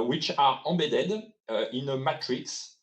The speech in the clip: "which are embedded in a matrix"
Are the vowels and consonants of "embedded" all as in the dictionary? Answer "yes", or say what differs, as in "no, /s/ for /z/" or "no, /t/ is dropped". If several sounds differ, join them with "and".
no, /m/ is dropped